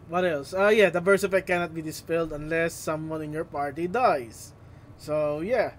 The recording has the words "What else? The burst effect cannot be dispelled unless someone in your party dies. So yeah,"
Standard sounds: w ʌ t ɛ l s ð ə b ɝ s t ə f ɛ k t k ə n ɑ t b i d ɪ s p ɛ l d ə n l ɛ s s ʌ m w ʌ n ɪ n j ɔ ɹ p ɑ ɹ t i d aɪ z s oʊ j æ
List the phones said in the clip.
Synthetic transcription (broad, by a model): w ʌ t ɛ l s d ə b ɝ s ə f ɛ t k ə n ɑ t b i d ɪ s p ɛ l d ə n l ɛ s s ʌ m w ʌ n ɪ n j ɔ ɹ p ɑ ɹ t i d aɪ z s oʊ j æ